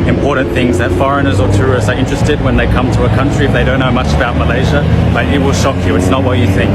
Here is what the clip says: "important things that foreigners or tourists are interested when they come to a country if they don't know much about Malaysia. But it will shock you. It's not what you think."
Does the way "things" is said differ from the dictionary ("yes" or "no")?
no